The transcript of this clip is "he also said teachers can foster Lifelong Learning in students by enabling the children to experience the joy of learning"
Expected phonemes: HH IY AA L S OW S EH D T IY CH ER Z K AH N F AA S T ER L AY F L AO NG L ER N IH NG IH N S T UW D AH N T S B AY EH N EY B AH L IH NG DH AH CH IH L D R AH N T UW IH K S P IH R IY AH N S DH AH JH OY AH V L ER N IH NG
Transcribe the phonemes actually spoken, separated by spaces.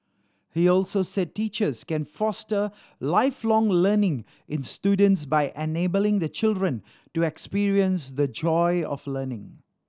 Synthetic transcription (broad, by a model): HH IY AA L S OW S EH D T IY CH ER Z K AH N F AA S T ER L AY F L AO NG L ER N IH NG IH N S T UW D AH N T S B AY EH N EY B AH L IH NG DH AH CH IH L D R AH N T UW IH K S P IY R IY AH N S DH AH JH OY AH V L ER N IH NG